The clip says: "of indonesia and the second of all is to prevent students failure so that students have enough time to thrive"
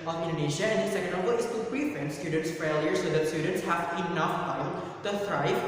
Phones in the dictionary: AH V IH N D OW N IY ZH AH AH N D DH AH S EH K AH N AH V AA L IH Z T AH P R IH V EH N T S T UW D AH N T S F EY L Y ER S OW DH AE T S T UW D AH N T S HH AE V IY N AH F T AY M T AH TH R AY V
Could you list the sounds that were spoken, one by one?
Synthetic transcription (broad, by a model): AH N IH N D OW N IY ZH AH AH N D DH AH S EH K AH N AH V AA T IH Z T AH B R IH F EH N S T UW D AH N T S F EY L Y ER S OW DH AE T S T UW D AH N T S HH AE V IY N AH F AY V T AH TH R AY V